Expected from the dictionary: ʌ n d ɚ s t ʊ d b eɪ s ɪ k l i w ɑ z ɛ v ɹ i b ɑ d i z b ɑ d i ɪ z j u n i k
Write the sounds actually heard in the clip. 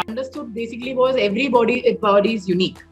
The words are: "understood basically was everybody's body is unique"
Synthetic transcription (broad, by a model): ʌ n d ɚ s t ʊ d b eɪ s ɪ k l i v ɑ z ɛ v ɹ i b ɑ d i b ɑ d i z j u n i k